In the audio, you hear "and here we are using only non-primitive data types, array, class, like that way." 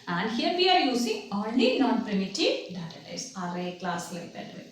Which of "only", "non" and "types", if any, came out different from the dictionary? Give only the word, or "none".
types